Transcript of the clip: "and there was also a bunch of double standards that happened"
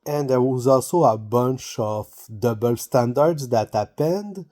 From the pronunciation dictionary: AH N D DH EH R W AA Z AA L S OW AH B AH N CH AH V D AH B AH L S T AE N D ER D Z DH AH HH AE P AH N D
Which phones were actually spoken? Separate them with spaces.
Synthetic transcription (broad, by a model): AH N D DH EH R W AA Z AA L S OW AH B AH N CH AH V D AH B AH L S T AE N D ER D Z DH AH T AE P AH N D